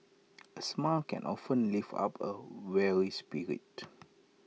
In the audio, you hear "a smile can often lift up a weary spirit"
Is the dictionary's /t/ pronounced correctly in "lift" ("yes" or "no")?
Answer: no